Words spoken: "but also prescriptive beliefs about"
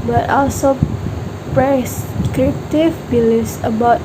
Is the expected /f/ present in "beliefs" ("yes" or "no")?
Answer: no